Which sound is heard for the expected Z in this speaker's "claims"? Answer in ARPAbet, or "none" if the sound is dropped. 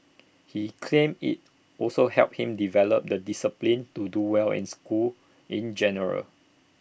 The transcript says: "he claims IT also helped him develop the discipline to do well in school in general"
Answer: none